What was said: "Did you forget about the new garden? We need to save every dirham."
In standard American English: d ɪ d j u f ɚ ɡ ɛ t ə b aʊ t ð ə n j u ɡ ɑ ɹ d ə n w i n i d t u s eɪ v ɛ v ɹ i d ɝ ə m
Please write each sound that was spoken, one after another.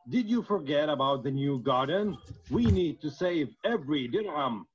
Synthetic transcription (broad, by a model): d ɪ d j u f ɚ ɡ ɛ t ə b aʊ t ð ə n j u ɡ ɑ ɹ d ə n w i n i d t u s eɪ v ɛ v ɹ i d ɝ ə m